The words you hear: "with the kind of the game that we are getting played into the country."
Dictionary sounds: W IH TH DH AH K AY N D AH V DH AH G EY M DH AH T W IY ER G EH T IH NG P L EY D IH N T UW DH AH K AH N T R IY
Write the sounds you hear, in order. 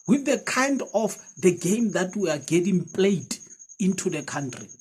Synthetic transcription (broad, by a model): W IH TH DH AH K AY N D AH F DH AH G EY M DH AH T W IY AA G EH T IH NG P L EY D IH N T UW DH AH K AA N T R IY